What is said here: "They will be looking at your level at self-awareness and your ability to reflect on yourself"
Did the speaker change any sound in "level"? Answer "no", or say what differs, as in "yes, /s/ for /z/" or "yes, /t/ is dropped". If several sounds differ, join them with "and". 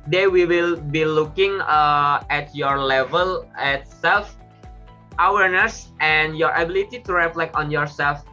no